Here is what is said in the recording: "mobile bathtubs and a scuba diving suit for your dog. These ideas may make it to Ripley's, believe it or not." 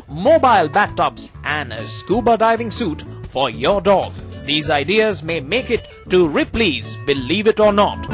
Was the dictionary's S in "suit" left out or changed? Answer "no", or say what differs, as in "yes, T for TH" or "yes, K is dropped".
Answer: no